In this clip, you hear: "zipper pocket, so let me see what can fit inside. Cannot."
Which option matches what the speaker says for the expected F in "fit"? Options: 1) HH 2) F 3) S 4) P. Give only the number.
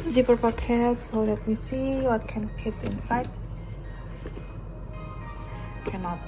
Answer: 4